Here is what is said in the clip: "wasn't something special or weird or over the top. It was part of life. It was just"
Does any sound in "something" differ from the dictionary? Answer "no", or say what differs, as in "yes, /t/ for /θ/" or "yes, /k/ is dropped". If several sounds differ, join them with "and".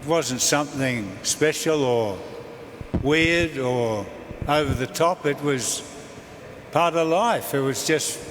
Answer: no